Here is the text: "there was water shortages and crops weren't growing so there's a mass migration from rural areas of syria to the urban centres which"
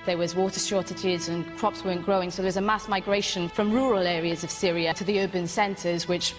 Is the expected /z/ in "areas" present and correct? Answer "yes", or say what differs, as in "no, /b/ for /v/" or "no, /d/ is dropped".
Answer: yes